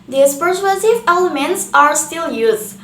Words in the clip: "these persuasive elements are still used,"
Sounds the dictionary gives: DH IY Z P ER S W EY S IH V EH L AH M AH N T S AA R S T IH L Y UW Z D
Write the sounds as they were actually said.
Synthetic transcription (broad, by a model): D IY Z P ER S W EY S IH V EH L AH M AH N T S AA R S T IH L Y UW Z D